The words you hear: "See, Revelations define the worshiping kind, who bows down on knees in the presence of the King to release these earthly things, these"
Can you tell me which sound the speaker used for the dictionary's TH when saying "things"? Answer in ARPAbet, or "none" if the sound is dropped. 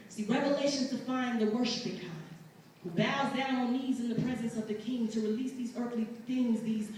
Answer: TH